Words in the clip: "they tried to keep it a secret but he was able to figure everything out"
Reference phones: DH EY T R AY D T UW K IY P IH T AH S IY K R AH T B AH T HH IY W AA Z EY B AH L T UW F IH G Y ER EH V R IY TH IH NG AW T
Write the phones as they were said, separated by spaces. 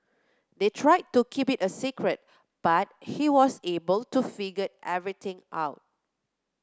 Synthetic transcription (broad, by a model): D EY T R AY D T UW K IY P IH T AH S IY K R AH T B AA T HH IY W AA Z EY B AH L T UW F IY G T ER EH V R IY T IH NG AW T